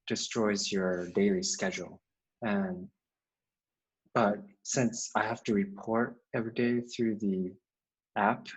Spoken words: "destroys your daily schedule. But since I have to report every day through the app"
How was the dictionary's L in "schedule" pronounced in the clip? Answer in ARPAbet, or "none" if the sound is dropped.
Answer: N